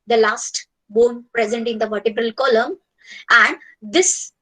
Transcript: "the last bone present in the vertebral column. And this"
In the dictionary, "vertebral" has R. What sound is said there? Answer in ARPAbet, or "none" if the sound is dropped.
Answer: R